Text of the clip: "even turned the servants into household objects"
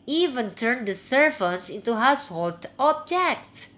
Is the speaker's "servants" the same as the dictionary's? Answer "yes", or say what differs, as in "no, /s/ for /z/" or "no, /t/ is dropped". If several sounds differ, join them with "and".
no, /f/ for /v/